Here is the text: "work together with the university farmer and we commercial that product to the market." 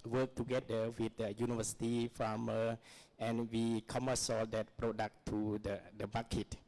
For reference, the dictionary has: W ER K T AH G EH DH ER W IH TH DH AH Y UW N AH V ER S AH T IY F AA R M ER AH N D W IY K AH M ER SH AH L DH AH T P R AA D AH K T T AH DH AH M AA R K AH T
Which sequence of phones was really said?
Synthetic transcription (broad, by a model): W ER K T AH G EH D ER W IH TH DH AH Y UW N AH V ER S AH T IY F AA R M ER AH N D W IY K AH M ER S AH L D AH T P R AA D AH K T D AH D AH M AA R K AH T